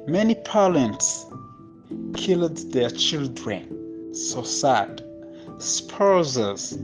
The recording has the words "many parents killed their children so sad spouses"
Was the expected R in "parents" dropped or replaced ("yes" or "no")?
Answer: yes